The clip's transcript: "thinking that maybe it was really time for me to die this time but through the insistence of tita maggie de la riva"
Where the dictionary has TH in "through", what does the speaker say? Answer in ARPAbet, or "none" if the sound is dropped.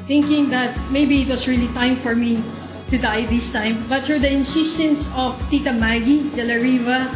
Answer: T